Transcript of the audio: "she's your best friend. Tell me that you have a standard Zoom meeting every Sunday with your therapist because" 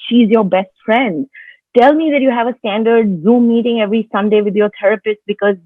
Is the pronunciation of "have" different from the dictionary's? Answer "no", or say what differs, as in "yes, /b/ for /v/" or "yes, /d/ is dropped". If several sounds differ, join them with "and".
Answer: no